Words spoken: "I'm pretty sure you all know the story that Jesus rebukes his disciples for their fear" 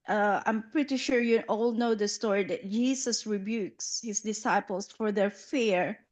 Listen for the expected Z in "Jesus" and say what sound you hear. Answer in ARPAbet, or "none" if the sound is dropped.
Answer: S